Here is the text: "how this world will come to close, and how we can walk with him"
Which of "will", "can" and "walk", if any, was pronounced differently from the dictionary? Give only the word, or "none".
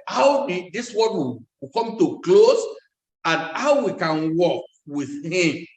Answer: will